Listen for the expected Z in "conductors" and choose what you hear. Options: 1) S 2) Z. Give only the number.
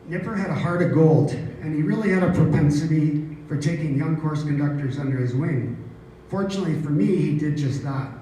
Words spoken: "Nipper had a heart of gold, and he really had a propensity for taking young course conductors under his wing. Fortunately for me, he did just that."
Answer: 2